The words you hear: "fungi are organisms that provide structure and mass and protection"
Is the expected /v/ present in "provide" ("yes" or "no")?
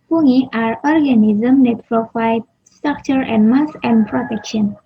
no